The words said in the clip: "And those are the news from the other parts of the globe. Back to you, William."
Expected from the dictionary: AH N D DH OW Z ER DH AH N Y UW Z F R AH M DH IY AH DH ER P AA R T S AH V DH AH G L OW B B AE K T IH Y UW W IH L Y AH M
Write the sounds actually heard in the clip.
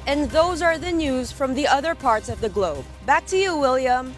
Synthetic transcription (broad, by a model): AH N DH OW Z ER DH AH N Y UW Z F R AH M DH IY AH DH ER P AA R T S AH V DH AH G L OW B B AE K T IH Y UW W IH L Y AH M